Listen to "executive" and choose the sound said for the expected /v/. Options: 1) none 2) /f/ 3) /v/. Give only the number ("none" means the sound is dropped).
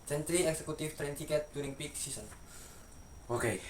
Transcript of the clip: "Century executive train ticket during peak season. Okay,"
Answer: 2